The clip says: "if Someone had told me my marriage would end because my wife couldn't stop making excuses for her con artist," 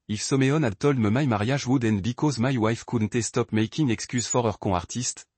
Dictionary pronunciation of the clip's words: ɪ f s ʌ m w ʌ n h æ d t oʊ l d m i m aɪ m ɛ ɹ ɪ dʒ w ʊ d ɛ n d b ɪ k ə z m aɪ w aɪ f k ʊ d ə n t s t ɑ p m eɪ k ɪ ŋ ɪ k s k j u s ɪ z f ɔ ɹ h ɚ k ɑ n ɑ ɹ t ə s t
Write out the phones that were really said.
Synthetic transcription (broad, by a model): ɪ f s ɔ m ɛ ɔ n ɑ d t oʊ l d m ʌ m aɪ m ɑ ɹ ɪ ʒ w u d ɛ n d b ɪ k ə z m aɪ w aɪ f k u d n t s t ɑ p m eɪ k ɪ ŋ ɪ k s k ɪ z f ɔ ɹ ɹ k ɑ ɑ ɹ t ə s t